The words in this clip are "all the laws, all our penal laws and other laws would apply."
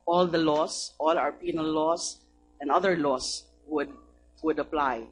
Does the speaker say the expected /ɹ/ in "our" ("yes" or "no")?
yes